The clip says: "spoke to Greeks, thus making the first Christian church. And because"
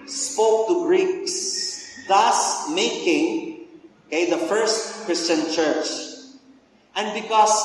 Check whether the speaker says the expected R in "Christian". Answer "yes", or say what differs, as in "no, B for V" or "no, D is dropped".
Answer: yes